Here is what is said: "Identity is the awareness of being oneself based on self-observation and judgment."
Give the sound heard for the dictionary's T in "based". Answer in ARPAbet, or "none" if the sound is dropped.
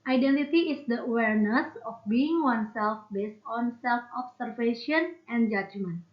T